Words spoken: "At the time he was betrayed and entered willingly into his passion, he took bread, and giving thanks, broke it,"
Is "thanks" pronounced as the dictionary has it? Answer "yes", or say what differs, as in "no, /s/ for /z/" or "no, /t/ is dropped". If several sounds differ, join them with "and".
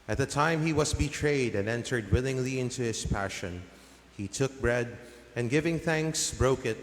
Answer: yes